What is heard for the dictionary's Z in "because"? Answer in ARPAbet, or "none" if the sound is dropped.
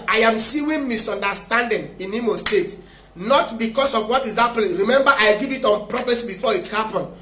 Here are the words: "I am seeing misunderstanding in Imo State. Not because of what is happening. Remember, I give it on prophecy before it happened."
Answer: S